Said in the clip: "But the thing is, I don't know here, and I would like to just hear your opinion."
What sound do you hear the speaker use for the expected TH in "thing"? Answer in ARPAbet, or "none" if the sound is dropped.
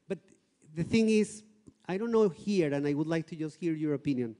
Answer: TH